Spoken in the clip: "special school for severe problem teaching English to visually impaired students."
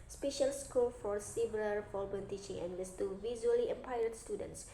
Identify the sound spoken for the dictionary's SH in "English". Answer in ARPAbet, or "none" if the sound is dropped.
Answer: S